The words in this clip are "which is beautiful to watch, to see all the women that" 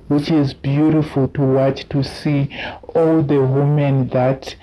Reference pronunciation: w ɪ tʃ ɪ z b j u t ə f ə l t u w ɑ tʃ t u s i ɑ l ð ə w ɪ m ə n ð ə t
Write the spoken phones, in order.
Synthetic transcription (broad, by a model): w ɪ tʃ ɪ z b j u t ə f ə l t u w ɑ tʃ t u s i ɑ l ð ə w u m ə n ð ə t